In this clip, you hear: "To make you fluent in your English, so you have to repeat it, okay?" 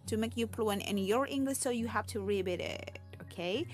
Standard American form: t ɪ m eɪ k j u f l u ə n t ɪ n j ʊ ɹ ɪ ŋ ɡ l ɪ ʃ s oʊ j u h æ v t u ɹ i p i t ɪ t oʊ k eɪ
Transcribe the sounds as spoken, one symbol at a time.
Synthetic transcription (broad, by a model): t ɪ m eɪ k j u p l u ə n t ɪ n j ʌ ɹ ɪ ŋ ɡ l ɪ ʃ s oʊ j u h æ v t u ɹ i b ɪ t ɪ t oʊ k eɪ